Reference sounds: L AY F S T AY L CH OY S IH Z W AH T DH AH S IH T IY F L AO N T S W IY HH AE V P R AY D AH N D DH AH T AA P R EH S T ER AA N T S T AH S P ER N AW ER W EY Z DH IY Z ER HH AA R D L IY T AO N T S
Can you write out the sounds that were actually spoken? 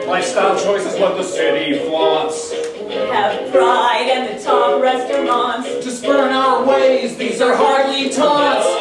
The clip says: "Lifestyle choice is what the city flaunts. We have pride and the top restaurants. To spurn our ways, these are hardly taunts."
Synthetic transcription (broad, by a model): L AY S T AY CH OY S IH Z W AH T DH AH S IH T IY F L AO T S W IY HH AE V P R AY D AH N DH AH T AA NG R EH S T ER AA N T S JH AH S B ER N AW ER W EY Z DH IY Z ER HH AA R D L IY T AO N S